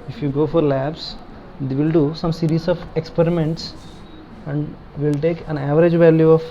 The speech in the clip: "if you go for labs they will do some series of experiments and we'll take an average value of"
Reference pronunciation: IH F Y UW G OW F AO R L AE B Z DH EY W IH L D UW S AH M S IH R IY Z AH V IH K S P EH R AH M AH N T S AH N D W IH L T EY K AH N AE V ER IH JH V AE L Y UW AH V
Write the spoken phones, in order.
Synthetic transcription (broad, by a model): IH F Y UW G OW F AO R L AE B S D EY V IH L D UW S AH M S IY R IY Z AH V IH K S P EH R AH M AH N T S AH N D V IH L T EY K AH N AE V ER IH JH V AE L Y UW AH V